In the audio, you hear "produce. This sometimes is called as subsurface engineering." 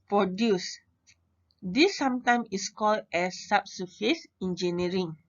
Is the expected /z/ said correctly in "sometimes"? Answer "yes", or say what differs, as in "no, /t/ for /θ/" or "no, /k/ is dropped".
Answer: no, /z/ is dropped